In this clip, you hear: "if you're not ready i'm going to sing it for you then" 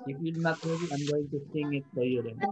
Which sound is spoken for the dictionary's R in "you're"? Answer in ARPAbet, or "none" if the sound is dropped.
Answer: L